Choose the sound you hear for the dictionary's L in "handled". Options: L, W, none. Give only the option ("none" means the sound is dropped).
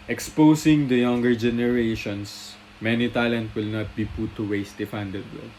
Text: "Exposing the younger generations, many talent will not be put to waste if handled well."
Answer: none